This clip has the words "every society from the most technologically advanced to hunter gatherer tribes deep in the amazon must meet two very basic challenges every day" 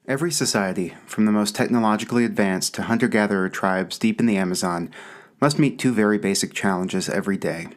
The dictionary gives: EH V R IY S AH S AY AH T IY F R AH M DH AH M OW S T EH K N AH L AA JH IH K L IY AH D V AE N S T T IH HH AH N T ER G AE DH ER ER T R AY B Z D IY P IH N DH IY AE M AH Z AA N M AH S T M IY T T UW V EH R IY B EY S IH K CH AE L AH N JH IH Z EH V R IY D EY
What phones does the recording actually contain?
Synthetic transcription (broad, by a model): EH V R IY S AH S AY AH T IY F R AH M DH AH M OW S T EH K N AH L AA JH IH K L IY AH D V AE N S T T IH HH AH N T ER G AE DH ER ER T R AY B Z D IY P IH N DH IY AE M AH Z AA N M AH S T M IY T T UW V EH R IY B EY S IH K CH AE L AH N JH IH Z EH V R IY D EY